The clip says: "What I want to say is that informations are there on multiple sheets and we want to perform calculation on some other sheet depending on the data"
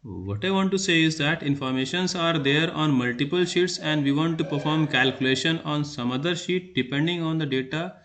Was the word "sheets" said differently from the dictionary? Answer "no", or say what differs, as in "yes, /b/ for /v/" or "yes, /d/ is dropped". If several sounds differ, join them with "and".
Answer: no